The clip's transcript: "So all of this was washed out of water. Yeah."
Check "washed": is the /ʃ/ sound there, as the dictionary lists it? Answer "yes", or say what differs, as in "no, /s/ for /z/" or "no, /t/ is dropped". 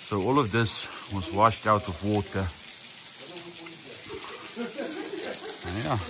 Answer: yes